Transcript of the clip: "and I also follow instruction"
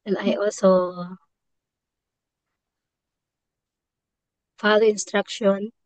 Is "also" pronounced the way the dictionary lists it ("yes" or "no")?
yes